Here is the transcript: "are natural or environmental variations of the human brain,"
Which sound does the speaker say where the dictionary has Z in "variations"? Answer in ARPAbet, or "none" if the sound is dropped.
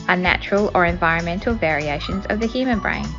Z